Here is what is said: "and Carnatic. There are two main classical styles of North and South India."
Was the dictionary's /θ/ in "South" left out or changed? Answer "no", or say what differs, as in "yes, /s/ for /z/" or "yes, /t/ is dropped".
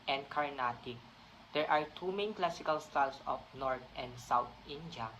yes, /t/ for /θ/